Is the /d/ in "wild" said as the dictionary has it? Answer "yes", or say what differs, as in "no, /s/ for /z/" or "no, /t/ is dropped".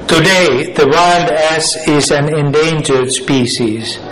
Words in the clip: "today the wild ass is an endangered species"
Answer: yes